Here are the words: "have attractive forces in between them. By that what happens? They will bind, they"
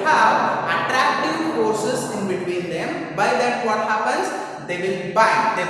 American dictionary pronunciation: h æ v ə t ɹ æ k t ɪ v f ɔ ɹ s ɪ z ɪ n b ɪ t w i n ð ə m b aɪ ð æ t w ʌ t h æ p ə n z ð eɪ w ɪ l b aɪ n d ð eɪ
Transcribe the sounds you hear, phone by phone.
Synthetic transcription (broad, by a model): h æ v ə t ɹ æ k t ɪ v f ɔ ɹ s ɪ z ɪ n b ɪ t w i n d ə m b aɪ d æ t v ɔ t h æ p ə n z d eɪ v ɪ l b aɪ d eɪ